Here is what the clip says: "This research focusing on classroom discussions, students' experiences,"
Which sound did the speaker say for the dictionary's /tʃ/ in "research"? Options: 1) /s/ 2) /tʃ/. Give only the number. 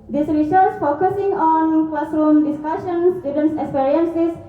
1